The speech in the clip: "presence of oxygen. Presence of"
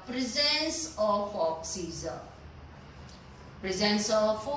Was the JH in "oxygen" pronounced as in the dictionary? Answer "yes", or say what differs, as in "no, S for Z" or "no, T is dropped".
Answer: no, Z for JH